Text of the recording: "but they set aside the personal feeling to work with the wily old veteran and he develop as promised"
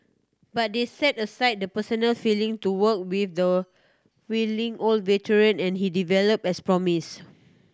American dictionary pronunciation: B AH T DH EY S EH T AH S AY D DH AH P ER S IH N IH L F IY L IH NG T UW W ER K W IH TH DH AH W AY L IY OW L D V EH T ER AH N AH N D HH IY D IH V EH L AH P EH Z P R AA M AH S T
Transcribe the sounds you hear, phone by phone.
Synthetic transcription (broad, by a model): B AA T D EY S EH T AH S AY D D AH P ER S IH N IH L F IY L IH NG T UW W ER K W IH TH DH AH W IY L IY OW L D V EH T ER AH N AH N HH IY D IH V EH L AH P EH S P R AA M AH S